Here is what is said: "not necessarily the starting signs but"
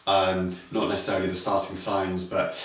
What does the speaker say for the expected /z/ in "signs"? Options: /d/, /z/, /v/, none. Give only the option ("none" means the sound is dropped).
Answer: /z/